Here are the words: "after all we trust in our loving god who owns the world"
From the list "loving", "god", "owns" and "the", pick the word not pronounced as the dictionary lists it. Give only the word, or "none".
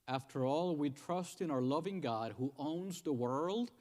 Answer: none